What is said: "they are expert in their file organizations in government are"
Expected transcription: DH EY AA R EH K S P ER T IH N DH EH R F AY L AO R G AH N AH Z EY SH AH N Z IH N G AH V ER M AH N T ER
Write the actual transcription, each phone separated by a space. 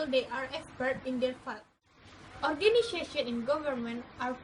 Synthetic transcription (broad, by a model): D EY AA R EH K S P ER T IH N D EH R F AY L AO R G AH N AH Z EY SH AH N IH N G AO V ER M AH N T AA